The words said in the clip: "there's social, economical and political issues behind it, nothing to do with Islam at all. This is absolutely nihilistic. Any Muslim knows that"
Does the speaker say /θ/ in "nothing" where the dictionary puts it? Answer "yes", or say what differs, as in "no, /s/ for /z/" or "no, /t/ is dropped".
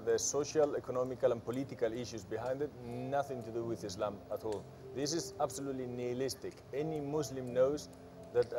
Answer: yes